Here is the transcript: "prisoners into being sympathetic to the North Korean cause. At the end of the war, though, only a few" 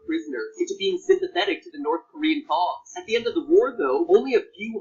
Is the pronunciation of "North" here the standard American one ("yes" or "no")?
yes